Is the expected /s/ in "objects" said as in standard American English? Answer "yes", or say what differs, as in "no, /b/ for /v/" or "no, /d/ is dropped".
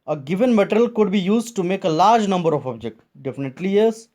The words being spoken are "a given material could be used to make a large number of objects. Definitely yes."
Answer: no, /s/ is dropped